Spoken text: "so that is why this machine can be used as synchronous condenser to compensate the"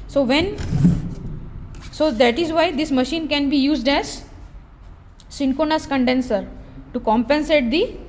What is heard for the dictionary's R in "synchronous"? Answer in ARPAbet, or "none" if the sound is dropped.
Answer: none